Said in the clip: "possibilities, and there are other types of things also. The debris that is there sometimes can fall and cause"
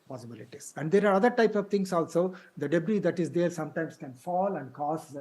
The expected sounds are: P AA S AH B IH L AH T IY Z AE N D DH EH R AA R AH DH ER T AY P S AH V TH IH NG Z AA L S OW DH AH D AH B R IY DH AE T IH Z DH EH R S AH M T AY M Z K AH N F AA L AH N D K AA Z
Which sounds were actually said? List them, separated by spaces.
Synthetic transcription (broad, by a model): P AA S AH B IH L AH T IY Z AE N D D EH R AA R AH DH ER T AY P S AH V T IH NG S AA L S OW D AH D AH B R IY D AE T IH Z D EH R S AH M T AY M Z K AH N F AA L AH N D K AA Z